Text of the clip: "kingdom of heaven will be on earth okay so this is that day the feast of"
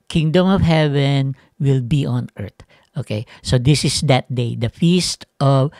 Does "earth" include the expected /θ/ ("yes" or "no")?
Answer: no